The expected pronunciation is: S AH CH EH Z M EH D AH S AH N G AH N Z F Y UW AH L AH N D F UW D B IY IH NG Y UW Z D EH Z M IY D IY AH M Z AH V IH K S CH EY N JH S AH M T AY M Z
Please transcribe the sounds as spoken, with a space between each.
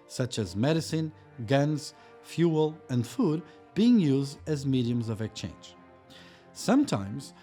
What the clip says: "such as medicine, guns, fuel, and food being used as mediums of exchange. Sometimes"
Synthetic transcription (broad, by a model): S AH CH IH Z M EH D AH S AH N G AH N Z F Y UW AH L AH N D F UW D B IY IH NG Y UW Z D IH Z M IY D IY AH M Z AH V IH K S CH EY N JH S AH M T AY M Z